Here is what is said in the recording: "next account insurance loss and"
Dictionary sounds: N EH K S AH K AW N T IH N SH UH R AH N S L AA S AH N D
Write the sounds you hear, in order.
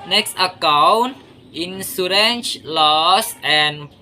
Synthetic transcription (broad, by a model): N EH K S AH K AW N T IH N S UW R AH N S L AA S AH N